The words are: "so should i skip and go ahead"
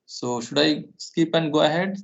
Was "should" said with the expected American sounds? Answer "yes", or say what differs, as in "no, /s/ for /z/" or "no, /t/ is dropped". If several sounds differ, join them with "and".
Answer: yes